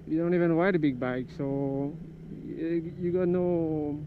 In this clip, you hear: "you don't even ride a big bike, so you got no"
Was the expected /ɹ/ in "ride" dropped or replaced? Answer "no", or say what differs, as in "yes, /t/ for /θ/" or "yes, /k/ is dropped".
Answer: yes, /w/ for /ɹ/